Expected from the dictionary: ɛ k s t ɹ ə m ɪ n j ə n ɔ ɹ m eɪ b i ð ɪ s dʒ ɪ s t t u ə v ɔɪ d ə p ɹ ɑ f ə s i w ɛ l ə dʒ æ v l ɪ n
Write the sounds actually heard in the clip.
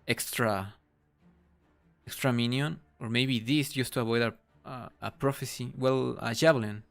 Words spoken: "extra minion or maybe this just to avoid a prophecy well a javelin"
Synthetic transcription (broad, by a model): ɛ k s t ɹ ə m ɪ n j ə n ɔ ɹ m eɪ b i ð ɪ s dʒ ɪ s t t u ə b ɔɪ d ə p ɹ ɑ f ə s i w ɛ l ə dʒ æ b l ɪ n